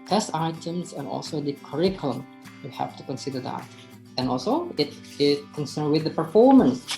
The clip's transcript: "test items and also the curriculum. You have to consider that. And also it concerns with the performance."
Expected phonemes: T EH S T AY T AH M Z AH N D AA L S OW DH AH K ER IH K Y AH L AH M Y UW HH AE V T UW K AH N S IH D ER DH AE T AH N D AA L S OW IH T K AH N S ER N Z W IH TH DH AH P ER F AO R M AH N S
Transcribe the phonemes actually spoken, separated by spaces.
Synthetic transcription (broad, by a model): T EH S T AY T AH M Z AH N AA L S OW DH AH K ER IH K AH L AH M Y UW HH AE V T UW K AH N S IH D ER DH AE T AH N AA L S OW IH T K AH N S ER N W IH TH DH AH P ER F AO R M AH N S